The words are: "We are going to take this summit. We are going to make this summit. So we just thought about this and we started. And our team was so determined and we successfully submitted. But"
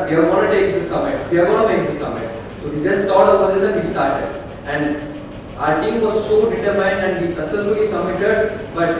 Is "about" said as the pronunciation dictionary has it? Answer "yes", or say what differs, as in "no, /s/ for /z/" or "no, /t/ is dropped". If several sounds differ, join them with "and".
no, /b/ is dropped